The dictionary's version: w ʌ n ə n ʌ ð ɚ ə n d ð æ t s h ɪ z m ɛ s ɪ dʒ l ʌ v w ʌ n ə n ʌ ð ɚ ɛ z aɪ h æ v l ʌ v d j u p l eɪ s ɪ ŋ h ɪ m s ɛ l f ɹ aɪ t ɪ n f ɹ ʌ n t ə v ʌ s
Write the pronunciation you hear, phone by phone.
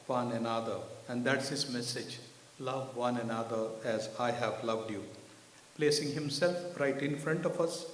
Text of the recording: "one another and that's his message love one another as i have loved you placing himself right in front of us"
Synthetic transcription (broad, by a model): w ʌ n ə n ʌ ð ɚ ə n d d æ t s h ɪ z m ɛ s ɪ dʒ l ʌ v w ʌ n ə n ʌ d ɚ ɛ z aɪ h æ v l ʌ v d j u p l eɪ s ɪ ŋ h ɪ m s ɛ l f ɹ aɪ t ɪ n f ɹ ʌ n t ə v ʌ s